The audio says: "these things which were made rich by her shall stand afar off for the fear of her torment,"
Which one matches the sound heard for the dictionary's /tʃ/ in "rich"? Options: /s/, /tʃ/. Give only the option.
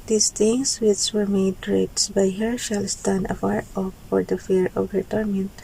/s/